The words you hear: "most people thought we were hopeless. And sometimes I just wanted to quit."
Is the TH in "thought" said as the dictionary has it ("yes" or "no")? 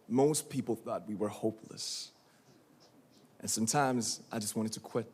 yes